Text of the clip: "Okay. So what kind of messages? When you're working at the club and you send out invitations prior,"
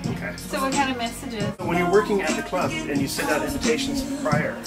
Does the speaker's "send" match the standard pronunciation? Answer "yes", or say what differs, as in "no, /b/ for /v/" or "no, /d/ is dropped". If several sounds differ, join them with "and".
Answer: no, /n/ is dropped